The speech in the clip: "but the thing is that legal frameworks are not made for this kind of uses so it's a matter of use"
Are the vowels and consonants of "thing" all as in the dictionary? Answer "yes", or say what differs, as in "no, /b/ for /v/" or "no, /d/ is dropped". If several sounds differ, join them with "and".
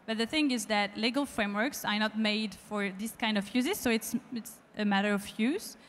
yes